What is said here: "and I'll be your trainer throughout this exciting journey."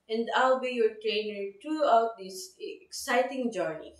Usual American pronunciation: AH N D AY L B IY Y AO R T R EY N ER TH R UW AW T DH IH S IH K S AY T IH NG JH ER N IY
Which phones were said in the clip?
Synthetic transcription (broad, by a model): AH N D AY L B IY Y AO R T R EY N ER T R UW AW T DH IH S IH K S AY T IH NG JH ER N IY